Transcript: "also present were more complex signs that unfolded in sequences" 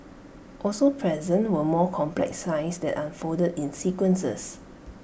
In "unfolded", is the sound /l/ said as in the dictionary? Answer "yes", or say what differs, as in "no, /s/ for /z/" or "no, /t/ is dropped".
no, /l/ is dropped